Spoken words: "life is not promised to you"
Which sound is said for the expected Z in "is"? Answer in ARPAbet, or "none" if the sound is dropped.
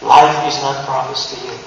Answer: Z